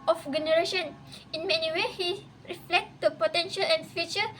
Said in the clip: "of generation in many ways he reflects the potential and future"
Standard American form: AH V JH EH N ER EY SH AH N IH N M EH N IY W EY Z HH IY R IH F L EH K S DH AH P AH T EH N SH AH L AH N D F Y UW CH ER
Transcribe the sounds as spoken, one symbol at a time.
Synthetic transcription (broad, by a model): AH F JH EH N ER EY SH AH N IH N M EH N IY W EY HH IY R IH F L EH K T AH P AH T EH N SH AH L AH N F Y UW CH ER